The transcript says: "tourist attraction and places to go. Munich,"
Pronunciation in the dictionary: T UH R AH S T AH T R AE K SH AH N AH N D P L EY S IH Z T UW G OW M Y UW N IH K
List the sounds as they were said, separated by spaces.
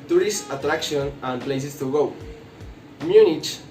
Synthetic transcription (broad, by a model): T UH R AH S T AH T R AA K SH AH N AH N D P L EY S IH S T UW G OW M Y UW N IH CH